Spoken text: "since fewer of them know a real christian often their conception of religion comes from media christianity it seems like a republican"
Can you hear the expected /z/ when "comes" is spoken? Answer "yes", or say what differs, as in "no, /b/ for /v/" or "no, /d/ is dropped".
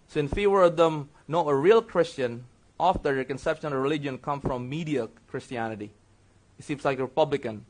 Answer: no, /z/ is dropped